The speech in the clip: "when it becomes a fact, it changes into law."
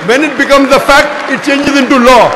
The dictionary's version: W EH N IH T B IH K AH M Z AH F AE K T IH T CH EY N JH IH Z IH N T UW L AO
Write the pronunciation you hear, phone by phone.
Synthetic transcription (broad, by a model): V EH N IH T B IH K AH M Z AH F AE K T IH T CH EY N JH IH Z IH N T UW L AO